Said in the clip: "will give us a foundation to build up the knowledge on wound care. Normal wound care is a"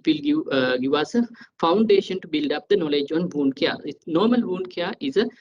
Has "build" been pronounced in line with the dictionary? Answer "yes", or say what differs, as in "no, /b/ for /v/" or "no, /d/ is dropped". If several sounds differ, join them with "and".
yes